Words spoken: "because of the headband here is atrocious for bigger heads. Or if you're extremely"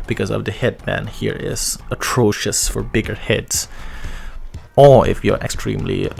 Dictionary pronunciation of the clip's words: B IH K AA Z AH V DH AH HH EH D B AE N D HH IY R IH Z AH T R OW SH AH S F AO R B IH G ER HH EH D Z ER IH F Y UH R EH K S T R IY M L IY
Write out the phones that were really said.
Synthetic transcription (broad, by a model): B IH K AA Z AH V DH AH HH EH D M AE N HH IY R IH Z AH T R OW SH AH S F AO R B IH G ER HH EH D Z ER IH F Y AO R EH K S T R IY M L IY